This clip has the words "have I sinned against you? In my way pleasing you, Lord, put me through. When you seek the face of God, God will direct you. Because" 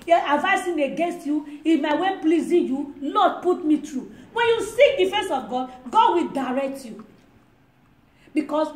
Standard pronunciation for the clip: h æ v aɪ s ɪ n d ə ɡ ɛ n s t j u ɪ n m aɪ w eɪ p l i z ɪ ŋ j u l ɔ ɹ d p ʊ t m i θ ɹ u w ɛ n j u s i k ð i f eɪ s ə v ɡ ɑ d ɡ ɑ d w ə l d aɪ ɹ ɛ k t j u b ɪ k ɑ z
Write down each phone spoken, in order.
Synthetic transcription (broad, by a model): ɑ v aɪ s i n ə ɡ ɛ n s t j u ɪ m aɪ w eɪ p l i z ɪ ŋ j u l ɔ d p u t m i t ɹ u w ɛ n j u s i k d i f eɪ s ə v ɡ ɑ d ɡ ɑ d w ə l d aɪ ɹ ɛ k t j u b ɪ k ɑ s